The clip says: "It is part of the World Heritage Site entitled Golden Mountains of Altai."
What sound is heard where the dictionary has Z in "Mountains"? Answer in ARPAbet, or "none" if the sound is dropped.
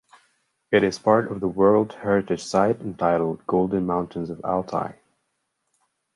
Z